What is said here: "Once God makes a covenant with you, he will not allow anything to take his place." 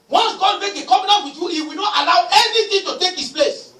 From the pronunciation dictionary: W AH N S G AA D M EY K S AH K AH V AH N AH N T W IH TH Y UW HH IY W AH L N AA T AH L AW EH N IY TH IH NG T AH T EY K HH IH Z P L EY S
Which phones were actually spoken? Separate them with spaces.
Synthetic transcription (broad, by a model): W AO N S G AA D M EY K AH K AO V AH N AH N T W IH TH Y UW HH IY W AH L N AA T AH L AW EH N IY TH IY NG T AH T EY K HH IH S P L EY S